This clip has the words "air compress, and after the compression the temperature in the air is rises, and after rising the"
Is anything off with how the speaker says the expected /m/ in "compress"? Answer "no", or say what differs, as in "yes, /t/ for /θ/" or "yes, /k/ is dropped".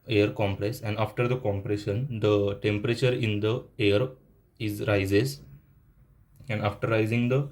no